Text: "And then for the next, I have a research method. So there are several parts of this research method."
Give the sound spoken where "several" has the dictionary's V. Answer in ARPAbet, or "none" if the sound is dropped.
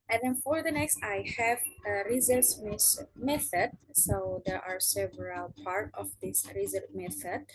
V